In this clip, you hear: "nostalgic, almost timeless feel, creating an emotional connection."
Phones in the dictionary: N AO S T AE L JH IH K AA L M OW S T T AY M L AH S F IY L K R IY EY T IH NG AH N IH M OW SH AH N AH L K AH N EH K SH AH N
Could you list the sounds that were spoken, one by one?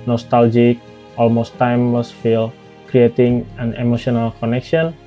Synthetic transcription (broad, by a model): N AO S T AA L JH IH K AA L M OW S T T AY M W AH S F IY L K R IY EY T IH NG AH N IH M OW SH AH N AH L K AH N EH K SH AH N